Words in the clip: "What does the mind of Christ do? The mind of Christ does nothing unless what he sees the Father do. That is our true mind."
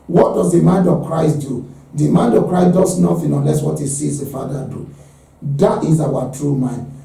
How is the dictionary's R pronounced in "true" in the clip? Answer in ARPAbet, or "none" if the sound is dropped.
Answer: R